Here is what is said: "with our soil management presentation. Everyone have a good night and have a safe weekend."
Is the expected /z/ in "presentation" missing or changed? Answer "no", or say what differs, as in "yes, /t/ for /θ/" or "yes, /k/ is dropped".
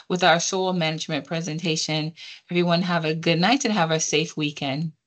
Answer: no